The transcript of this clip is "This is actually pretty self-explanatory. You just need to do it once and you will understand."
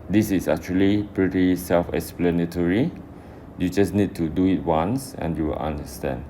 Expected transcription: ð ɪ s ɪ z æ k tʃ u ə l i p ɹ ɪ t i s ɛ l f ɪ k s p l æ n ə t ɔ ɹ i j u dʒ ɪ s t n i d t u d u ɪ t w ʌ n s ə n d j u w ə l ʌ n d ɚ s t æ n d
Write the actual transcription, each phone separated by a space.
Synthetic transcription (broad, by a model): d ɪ s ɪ s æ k tʃ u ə l i p ɹ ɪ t i s ɛ l f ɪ k s p l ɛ n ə t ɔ ɹ i j u dʒ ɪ s n i d t u d u ɪ t w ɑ n s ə n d j u w ə l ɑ n d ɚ s t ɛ n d